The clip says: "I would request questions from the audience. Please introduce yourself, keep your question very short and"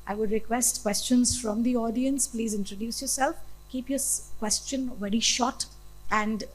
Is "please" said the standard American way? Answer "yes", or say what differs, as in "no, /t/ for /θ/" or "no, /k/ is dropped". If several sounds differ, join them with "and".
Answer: yes